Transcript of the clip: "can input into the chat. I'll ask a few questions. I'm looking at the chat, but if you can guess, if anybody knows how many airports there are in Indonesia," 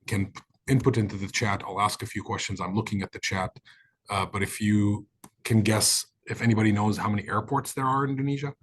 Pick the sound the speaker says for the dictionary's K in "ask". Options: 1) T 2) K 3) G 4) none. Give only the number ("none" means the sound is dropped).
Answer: 2